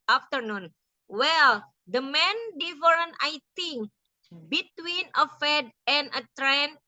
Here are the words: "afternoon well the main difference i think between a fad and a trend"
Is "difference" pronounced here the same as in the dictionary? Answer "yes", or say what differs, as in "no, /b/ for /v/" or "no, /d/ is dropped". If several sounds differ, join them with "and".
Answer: no, /s/ is dropped